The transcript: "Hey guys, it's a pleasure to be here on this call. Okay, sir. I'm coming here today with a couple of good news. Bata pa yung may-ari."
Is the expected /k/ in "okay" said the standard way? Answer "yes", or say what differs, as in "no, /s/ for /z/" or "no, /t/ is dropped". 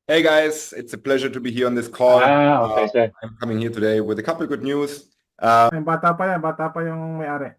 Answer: no, /k/ is dropped